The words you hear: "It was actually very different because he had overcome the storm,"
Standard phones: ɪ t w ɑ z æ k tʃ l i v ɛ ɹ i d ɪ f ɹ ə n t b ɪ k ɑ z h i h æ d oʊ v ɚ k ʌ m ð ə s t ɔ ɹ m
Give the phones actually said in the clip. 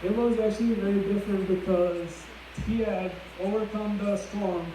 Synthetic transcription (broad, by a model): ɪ t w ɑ z æ k tʃ l i v ɛ ɹ i d ɪ f ɹ ə n t b ɪ k ɑ z h i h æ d oʊ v ɚ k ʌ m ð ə s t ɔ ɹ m